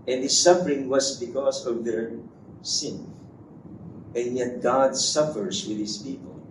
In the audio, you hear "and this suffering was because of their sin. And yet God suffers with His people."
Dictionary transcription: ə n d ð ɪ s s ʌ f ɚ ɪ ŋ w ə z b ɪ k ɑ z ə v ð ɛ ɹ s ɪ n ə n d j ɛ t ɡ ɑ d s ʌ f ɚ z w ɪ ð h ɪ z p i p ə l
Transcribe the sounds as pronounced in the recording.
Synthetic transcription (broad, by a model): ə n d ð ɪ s s ʌ f ɚ ɪ ŋ w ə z b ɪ k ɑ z ə v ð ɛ ɹ s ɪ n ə n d j ɛ t ɡ ɑ d s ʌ f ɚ s w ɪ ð h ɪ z p i p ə l